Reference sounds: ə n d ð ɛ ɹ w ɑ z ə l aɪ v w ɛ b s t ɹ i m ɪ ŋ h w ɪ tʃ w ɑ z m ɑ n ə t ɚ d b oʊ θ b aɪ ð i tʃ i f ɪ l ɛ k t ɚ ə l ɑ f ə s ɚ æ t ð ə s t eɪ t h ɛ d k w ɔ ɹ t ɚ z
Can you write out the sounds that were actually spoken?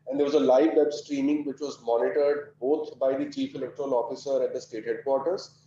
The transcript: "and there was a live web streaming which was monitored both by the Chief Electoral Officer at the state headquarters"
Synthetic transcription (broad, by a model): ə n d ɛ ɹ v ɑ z ə l aɪ v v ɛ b s t ɹ i m ɪ ŋ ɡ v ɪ tʃ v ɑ z m ɑ n ə t ɚ d b oʊ t b aɪ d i tʃ i f ɪ l ɛ k t ɚ ə l ɑ f ə s ɚ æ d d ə s t eɪ t h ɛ d k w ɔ ɹ t ɚ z